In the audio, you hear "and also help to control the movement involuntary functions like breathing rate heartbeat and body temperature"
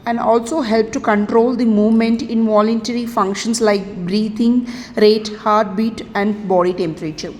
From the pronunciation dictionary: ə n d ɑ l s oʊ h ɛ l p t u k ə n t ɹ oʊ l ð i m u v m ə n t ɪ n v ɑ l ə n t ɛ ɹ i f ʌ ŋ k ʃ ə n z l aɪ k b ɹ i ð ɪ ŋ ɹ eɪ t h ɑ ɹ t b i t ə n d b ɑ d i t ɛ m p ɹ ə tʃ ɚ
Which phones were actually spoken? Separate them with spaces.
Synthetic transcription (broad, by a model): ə n d ɑ l s oʊ h ɛ l p t u k ə n t ɹ oʊ l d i m u v m ə n t ɪ n v ɑ l ə n t ɛ ɹ i f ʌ ŋ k ʃ ə n s l aɪ k b ɹ i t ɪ ŋ ɹ eɪ t h ɑ ɹ t b i t ə n d b ɑ d i t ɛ m p ɹ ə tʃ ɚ